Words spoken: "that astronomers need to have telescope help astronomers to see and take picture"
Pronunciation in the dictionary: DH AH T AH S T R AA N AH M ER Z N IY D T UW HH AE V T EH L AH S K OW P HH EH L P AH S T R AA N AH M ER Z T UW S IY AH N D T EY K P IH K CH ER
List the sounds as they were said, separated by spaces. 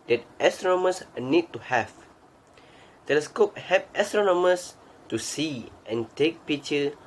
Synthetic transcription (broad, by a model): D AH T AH S T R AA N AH M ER S N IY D T UW HH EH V T EH L AH S K OW P HH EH P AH S T R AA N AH M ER S T UW S IY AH N T EY K P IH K CH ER